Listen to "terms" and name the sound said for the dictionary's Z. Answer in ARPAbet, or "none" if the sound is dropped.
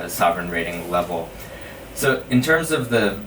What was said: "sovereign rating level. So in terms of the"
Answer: Z